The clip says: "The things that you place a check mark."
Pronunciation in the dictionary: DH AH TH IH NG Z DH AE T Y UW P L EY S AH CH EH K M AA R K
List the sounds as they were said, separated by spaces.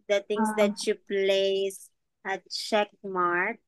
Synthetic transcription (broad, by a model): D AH T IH NG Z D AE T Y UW P L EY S AH CH EH K M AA R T